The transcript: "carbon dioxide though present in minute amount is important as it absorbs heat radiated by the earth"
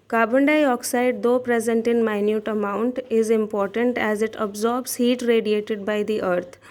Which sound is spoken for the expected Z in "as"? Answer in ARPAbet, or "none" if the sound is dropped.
Z